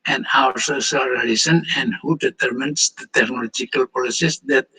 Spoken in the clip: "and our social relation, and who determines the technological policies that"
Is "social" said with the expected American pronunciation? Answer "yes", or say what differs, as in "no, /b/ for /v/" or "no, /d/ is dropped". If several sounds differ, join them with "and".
no, /s/ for /ʃ/